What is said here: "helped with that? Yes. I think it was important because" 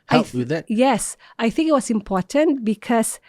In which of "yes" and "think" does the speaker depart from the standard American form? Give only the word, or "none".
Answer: none